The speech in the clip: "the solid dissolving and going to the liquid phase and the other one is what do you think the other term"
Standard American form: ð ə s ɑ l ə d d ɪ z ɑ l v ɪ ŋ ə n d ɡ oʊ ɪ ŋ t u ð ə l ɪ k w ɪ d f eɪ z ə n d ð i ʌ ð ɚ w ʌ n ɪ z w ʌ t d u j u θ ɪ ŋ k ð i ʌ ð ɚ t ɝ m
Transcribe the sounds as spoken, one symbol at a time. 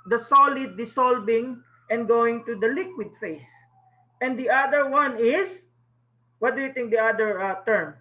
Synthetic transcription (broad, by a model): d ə s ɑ l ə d d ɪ s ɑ l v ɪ ŋ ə n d ɡ oʊ ɪ ŋ t u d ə l ɪ k w ɪ d f eɪ s ə n d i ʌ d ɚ w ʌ n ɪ s w ʌ t d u j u t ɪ ŋ k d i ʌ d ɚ t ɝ m